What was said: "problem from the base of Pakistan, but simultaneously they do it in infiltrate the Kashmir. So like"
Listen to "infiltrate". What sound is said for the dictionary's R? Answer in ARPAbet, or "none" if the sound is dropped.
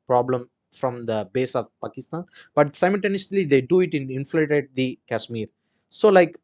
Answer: none